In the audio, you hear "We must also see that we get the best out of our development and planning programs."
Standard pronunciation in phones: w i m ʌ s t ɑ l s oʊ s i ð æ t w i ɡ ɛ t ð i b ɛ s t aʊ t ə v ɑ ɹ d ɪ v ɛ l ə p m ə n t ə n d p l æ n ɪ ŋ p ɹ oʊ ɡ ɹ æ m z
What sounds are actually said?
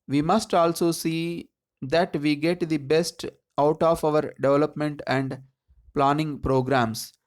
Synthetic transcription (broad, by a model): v i m ʌ s t ɑ l s oʊ s i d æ t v i ɡ ɛ t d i b ɛ s t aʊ t ə v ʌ ɹ d ɪ v ɛ l ə p m ə n t ə n d p l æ n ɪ ŋ p ɹ oʊ ɡ ɹ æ m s